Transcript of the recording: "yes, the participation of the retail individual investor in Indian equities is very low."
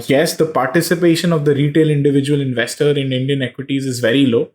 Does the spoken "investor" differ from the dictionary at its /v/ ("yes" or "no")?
no